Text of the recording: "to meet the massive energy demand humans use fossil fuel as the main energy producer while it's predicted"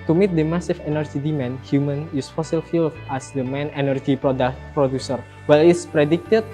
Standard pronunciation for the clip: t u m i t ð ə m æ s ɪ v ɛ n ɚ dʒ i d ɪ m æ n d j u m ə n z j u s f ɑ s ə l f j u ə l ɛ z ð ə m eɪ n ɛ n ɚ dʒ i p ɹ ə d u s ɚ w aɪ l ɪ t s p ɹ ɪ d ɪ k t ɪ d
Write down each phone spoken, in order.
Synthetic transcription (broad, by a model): t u m i t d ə m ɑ s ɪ f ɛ n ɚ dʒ i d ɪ m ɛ n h j u m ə n j u s f ɑ s ə l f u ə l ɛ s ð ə m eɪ n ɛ n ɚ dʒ i p ɹ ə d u s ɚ w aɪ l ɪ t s p ɹ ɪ d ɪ k t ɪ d